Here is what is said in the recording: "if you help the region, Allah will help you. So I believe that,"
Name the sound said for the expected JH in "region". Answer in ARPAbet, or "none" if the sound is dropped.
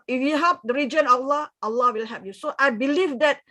JH